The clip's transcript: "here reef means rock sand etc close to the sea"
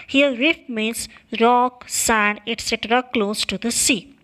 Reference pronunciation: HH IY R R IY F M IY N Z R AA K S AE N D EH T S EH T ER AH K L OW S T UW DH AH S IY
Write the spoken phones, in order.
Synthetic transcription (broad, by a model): HH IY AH R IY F M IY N S R AA K S AE N D EH T S EH T ER AH K L OW S T UW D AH S IY